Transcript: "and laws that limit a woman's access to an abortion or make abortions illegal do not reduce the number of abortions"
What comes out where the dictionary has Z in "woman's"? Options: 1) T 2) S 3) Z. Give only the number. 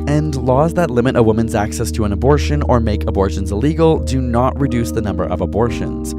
3